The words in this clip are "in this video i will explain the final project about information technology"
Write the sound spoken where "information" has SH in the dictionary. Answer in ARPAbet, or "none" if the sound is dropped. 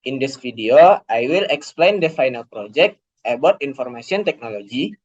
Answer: S